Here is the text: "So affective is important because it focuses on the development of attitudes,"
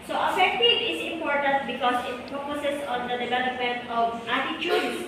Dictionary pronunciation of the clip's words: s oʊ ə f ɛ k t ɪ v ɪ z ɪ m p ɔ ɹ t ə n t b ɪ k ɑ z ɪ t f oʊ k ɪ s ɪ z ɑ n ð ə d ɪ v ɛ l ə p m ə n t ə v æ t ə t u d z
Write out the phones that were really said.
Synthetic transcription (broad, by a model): s oʊ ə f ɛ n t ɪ ɪ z ɪ m p ɔ ɹ t ə n t b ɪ k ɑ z ɪ t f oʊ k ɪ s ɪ s ɑ n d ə d ɪ v ɛ l ə p m ə n t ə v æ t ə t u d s